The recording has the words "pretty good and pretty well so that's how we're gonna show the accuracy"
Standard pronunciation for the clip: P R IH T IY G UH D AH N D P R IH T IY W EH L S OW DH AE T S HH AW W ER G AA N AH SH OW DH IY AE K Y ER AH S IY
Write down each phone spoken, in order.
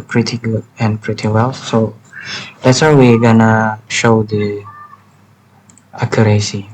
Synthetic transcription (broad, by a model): P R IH T IY G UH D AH N P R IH T IY W EH L S OW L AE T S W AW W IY G AA N AH SH OW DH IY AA K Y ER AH S IY